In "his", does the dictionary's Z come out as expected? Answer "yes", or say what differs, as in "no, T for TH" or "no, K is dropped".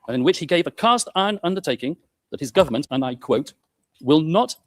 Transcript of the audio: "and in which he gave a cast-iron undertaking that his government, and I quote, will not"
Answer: yes